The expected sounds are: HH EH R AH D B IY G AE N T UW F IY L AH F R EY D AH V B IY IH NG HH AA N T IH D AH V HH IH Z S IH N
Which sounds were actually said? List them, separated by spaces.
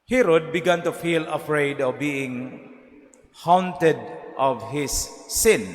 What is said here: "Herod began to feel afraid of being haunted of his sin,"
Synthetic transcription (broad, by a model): HH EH R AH D B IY G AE N T UW F IY L AH F R EY D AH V B IY IH NG HH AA N T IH D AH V HH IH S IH N